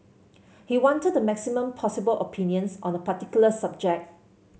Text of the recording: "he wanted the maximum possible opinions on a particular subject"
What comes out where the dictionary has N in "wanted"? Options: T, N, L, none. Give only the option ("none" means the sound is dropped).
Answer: N